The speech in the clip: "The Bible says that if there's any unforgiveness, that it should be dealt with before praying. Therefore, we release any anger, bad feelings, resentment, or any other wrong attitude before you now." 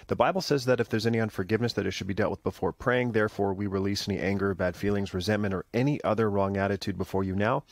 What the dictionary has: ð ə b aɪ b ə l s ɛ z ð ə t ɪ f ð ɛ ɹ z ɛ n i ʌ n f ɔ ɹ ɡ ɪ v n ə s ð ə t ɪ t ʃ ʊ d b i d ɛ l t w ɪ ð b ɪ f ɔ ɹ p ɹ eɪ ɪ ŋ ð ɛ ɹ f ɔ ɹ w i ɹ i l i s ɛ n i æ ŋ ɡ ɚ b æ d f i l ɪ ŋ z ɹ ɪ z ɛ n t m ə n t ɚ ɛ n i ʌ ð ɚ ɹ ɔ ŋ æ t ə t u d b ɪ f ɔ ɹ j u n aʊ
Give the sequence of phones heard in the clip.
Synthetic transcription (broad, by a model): ð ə b aɪ b l s ɛ z ð ə t ɪ f ð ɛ ɹ z ɛ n i ʌ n f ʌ ɹ ɡ ɪ v n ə s ð ə t ɪ t ʃ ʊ d b i d ɛ l t w ɪ ð b ɪ f ɔ ɹ p ɹ eɪ ɪ ŋ ð ɛ ɹ f ɔ ɹ w i ɹ i l i s ɛ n i æ ŋ ɡ ɚ b æ d f i l ɪ ŋ z ɹ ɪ z ɛ n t m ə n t ɚ ɛ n i ʌ ð ɚ ɹ ɔ ŋ æ t ə t u d b ɪ f ɔ ɹ j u n aʊ